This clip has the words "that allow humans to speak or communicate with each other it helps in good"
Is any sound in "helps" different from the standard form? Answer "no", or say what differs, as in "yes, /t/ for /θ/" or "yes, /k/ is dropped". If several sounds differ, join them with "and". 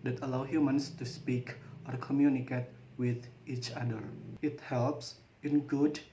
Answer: no